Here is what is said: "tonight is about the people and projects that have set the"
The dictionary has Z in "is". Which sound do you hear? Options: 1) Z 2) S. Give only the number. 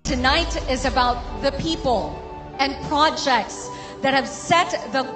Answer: 1